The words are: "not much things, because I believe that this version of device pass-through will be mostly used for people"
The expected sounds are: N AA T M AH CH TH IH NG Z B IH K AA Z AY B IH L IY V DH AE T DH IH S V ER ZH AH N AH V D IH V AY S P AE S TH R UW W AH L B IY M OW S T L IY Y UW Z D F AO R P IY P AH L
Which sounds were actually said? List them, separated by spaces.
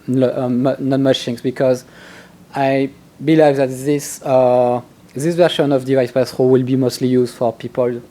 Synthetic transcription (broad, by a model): N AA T M AH CH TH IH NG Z B IH K AA Z AY B IH L IY V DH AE T DH IH S V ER SH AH N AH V D IH V AY S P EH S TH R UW W AH L B IY M OW S T L IY Y UW Z D F AO R P IY P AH L